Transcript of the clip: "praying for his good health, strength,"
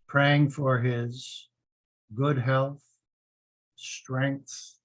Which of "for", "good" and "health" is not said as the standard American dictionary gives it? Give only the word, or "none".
none